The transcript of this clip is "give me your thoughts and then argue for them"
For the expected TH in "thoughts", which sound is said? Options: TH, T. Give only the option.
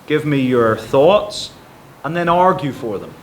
TH